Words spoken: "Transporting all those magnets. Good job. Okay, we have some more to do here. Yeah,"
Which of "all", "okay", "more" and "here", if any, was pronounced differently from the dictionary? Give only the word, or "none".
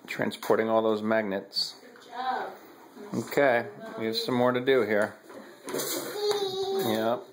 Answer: none